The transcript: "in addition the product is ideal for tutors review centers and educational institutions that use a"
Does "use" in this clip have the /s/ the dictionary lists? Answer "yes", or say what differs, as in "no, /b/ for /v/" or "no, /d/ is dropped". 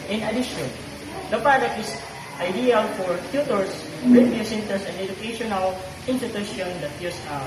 yes